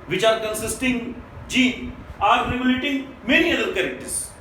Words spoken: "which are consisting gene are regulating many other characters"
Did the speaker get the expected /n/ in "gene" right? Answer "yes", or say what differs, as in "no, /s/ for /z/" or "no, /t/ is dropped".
no, /n/ is dropped